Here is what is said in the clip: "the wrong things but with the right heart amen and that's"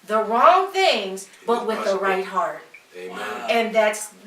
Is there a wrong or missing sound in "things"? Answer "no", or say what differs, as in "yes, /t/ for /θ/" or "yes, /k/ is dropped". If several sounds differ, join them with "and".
no